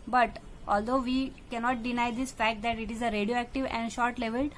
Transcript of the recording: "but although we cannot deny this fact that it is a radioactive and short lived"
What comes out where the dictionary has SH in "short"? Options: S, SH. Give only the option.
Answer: SH